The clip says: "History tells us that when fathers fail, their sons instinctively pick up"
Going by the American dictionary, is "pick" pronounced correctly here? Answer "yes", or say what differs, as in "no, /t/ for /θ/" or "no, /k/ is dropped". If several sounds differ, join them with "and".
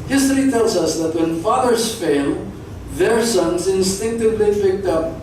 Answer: no, /f/ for /p/